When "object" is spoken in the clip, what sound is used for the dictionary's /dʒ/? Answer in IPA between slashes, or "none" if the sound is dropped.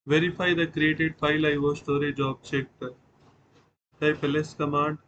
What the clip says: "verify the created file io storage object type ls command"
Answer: /tʃ/